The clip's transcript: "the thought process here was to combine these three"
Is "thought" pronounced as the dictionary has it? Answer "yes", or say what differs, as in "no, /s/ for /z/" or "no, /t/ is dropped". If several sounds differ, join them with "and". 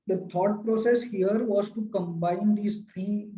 no, /t/ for /θ/